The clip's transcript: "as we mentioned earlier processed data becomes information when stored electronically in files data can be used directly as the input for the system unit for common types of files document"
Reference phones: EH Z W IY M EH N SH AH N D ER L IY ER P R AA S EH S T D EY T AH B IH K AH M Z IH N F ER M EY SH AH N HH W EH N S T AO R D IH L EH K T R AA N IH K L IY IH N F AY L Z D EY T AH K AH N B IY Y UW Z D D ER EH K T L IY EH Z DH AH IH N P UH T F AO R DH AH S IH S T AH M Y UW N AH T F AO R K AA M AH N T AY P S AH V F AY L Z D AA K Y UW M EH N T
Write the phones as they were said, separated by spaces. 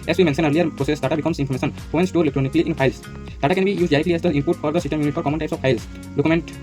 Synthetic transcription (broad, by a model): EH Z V IY M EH N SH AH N ER L IY ER P R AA S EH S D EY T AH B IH K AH M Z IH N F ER M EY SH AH N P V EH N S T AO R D L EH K T R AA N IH K L IY IH N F AY L S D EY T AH K AH N B IY Y UW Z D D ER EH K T L IY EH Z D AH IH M P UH T F AO R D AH S IH S T AH M Y UW N AH T F AO R K AA M AH N T AY P S AH V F AY L S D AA K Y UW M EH N T